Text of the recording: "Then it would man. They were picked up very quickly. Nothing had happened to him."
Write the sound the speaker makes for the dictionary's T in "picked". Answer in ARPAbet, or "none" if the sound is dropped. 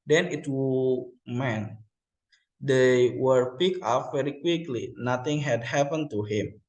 none